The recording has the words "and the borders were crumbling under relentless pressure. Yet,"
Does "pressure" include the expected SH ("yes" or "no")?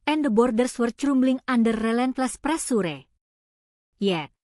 no